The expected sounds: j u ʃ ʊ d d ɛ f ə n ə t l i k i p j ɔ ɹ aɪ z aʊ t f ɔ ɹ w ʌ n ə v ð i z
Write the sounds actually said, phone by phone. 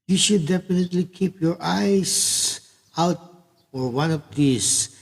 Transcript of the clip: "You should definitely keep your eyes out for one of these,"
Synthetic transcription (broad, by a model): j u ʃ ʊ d d ɛ f ə n ə t l i k i p j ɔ ɹ aɪ s aʊ t f ɔ ɹ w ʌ n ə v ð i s